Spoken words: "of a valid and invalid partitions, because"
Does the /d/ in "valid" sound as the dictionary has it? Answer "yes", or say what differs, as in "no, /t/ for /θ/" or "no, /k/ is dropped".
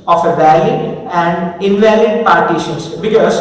no, /d/ is dropped